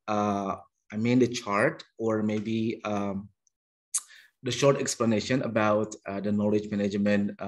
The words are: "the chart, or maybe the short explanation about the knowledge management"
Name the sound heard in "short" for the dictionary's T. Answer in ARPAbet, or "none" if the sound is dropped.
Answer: T